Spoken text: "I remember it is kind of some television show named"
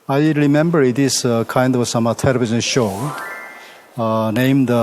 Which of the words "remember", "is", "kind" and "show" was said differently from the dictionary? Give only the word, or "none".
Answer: is